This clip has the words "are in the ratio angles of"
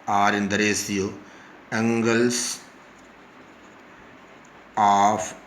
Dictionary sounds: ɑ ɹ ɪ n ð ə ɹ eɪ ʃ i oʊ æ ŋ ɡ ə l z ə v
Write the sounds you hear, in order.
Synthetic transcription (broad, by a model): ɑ ɹ ɪ n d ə ɹ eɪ s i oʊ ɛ ŋ ɡ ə l s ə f